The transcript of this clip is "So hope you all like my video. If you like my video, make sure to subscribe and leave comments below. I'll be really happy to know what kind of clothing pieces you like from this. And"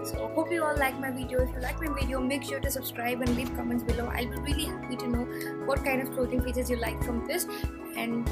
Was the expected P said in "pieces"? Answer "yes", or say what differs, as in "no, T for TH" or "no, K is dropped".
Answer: no, F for P